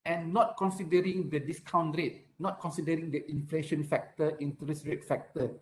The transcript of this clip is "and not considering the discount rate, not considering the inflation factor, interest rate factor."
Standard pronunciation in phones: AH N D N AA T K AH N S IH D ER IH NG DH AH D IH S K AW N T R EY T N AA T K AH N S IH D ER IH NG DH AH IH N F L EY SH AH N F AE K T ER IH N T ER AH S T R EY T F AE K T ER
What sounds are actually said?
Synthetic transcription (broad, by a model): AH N N AA T K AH N S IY D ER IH NG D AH D IH S K AW N T R EY T N AA T K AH N S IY D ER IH NG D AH IH N F L EY SH AH N F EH K T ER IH N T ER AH S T R EY T F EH K T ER